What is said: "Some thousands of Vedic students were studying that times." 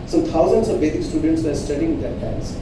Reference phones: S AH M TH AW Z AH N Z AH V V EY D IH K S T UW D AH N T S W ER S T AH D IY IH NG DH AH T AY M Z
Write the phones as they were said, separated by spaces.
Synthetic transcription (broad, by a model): S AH M T AW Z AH N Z AH V B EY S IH K S T UW D AH N T S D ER S T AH D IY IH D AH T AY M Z